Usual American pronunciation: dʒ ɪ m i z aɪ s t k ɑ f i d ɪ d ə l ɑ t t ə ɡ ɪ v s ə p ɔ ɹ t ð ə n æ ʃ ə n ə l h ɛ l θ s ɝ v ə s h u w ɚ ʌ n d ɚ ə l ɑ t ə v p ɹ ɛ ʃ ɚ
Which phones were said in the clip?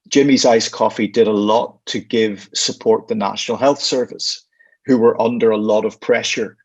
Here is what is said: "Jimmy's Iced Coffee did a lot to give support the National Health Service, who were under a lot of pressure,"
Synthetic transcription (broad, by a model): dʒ ɪ m i z aɪ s k ɑ f i d ɪ d ə l ɑ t t ə ɡ ɪ v s ə p ɔ ɹ t ð ə n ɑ ʃ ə n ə l h ɛ l θ s ɝ v ə s h u w ɚ ʌ n d ɚ ə l ɑ t ə v p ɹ ɛ ʃ ɚ